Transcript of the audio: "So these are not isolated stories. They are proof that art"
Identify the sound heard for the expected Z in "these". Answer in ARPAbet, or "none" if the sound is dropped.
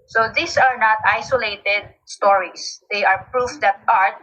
S